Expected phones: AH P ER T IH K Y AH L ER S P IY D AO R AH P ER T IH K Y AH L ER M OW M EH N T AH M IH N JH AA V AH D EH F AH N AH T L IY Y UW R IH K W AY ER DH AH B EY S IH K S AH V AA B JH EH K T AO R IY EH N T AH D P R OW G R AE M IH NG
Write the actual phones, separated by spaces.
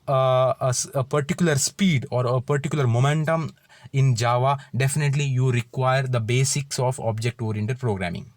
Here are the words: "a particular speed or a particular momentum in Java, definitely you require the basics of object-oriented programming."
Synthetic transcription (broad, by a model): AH P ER T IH K Y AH L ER S P IY D AO R AH P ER T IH K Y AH L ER M OW M EH N T AH M IH N JH AA V AH D EH F AH N AH T L IY Y UW R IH K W AY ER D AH B EY S IH K S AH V AA B JH EH K T AO R IY EH N T AH D P R OW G R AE M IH NG